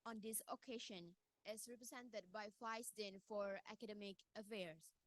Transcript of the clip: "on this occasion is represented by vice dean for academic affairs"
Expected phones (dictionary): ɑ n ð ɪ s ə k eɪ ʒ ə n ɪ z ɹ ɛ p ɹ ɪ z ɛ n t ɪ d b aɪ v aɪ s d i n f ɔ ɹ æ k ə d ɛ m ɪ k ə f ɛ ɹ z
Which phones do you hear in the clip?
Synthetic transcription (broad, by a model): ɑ n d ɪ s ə k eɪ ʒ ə n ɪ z ɹ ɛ p ɹ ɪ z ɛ n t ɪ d b aɪ f aɪ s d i n f ɔ ɹ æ k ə d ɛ m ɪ k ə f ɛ ɹ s